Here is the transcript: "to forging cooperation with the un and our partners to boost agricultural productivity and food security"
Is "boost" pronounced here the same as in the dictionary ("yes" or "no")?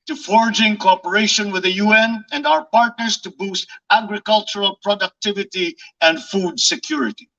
yes